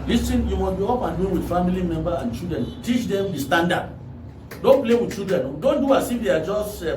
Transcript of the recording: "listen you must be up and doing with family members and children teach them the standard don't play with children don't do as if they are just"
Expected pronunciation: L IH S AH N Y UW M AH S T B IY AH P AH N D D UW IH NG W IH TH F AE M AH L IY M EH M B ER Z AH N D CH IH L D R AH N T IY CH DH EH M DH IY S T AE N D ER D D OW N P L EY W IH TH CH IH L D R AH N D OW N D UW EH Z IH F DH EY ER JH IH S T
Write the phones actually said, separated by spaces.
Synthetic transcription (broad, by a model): L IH S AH N Y UW M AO S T B IY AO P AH N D D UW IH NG W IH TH F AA M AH L IY M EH M B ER AH N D CH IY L D R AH N T IY CH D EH M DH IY S T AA N D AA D D OW N P L EY W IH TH CH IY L D R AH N D OW N D UW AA S IH F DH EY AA JH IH S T